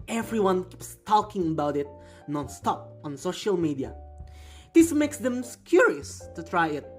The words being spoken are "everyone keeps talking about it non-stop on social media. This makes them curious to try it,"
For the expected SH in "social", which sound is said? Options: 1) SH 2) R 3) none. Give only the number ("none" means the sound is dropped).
1